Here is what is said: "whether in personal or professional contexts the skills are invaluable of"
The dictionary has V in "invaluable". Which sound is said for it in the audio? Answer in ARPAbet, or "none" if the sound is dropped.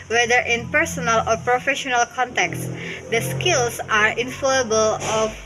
F